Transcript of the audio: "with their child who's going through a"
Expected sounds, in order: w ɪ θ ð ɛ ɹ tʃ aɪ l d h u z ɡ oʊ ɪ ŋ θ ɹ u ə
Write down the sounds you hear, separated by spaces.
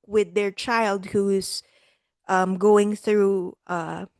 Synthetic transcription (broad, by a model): w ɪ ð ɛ ɹ tʃ aɪ l d h u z ɡ oʊ ɪ ŋ θ ɹ u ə